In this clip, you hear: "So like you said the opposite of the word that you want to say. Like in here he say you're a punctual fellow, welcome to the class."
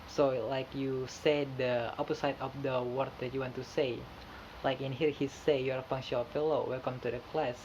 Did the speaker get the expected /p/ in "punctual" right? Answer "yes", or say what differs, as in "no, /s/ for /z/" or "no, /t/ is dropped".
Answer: no, /f/ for /p/